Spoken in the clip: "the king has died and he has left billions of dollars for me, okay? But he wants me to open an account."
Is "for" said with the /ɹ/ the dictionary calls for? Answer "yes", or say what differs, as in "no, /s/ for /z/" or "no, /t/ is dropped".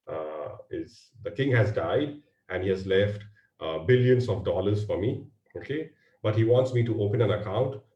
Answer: yes